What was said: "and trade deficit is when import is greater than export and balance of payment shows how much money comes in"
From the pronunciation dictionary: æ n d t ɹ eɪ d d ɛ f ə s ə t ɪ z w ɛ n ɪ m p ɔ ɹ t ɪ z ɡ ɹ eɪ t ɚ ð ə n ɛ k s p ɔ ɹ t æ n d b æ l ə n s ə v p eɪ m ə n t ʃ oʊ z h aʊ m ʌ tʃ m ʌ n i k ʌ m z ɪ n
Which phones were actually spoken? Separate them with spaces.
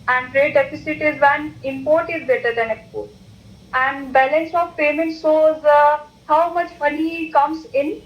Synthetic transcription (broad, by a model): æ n d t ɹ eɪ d d ɛ f ə s ə t ɪ z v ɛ n ɪ m p ɔ ɹ t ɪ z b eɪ t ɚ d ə n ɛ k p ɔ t æ n d b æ l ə n s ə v p eɪ m ə n t s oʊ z h aʊ m ʌ tʃ m ʌ n i k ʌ m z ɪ n